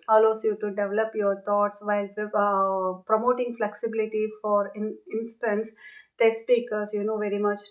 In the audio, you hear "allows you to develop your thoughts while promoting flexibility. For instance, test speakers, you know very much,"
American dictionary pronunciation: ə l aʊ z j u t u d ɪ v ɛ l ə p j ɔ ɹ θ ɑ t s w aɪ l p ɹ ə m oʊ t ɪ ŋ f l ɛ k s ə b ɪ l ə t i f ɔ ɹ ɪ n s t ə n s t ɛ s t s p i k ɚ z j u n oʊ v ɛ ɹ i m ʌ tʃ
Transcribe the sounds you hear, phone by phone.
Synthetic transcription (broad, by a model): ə l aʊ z j u t u d ɪ v ɛ l ə p j ɔ ɹ t ɑ t s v aɪ l p ɹ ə m oʊ t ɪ ŋ f l ɛ k s ə b ɪ l ə t i f ɔ ɹ ɪ n s t ə n s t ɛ t s p i k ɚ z j u n oʊ v ɛ ɹ i m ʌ tʃ